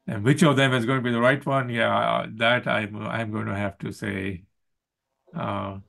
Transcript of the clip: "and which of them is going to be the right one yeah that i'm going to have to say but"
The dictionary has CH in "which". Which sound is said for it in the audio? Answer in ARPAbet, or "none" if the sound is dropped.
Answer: CH